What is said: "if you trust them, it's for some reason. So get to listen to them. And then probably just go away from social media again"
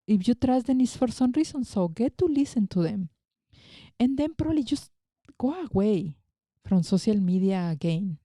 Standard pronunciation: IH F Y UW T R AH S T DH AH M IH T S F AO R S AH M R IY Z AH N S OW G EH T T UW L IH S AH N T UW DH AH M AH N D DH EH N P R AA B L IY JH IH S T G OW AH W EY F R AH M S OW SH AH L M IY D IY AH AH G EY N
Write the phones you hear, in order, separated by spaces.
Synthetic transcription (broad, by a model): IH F Y UW T R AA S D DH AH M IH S F AO R S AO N R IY S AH N S OW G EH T T UW L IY S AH N T UW DH AH M AH N D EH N P R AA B L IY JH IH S G OW AH W EY F R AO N S OW S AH L M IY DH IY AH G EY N